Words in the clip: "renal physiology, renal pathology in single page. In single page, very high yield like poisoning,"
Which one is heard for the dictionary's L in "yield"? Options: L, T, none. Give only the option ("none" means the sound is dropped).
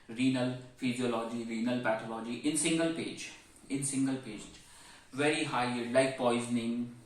none